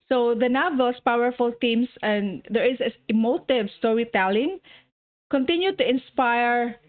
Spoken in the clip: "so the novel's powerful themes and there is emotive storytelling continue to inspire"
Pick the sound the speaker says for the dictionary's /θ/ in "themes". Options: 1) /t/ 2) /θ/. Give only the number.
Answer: 1